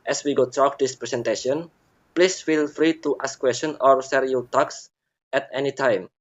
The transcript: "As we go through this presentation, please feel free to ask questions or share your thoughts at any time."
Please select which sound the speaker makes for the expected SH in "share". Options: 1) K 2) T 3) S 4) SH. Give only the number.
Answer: 3